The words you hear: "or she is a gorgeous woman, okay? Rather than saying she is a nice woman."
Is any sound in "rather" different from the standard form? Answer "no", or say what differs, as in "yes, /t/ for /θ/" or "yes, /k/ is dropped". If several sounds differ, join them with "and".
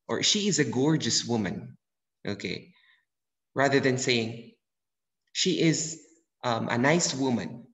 no